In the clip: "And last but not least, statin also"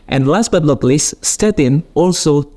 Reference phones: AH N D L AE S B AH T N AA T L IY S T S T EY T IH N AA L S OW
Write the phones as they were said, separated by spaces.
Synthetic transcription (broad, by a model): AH N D L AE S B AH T L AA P L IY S S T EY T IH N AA L S OW